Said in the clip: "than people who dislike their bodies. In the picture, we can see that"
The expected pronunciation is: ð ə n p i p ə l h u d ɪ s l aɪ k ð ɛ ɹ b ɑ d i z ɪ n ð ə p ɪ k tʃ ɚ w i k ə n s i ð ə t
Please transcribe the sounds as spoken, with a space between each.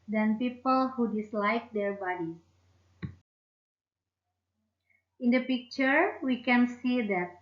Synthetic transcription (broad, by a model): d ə n p i p ə l h u d ɪ s l aɪ k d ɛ ɹ b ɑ d i ɪ n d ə p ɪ k tʃ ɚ w i k ə n s i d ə t